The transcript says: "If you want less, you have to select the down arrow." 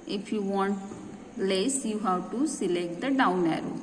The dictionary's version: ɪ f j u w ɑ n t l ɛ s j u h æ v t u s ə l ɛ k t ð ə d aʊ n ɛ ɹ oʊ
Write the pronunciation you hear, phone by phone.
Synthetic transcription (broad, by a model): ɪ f j u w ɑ n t l ɛ s j u h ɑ w t u s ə l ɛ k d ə d aʊ n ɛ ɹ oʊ